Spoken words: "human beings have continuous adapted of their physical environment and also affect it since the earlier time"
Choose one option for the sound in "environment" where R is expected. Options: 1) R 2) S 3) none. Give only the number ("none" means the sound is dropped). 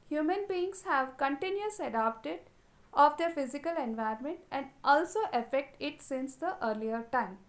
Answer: 3